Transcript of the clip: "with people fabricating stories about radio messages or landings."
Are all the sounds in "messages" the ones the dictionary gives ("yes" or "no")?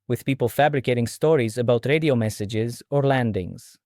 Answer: yes